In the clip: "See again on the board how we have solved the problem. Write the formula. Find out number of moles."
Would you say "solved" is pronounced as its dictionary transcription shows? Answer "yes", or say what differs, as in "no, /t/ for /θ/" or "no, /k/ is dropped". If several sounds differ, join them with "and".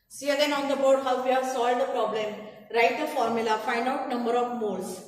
no, /v/ is dropped